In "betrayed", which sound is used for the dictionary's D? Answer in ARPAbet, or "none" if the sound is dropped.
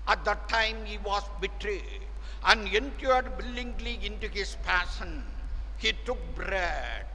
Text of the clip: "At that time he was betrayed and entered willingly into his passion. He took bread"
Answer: none